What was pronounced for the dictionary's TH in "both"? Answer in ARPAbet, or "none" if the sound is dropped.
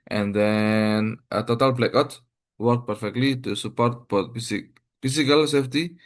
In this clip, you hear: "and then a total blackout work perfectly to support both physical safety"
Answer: S